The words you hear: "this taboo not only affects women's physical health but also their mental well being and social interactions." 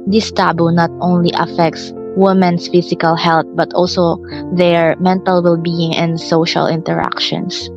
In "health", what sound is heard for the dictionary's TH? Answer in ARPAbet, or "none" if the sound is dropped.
T